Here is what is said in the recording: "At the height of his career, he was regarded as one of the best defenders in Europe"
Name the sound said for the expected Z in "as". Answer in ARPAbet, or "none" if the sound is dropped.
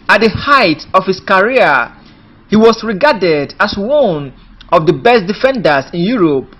S